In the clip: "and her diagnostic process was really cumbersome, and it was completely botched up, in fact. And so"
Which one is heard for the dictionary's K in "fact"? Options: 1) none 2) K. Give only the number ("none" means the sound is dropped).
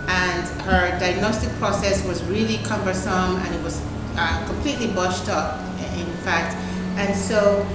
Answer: 2